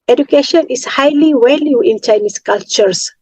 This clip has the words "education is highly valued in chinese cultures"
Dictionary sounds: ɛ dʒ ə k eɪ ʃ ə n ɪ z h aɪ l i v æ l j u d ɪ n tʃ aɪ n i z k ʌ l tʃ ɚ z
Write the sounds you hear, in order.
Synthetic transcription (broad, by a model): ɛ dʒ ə k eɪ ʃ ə n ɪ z h aɪ l i w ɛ l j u ɪ n tʃ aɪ n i s k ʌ l tʃ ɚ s